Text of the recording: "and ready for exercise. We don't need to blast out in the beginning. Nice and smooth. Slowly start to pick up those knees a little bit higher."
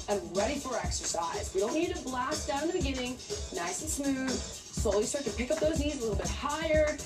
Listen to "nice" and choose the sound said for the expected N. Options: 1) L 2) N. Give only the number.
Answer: 2